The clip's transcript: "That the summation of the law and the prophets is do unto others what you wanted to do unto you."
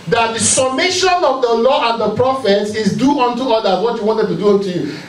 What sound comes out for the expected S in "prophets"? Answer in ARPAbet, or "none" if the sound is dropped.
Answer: S